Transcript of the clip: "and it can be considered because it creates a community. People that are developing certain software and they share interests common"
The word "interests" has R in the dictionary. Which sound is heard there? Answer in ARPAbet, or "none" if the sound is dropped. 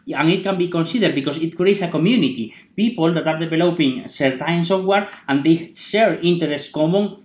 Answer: none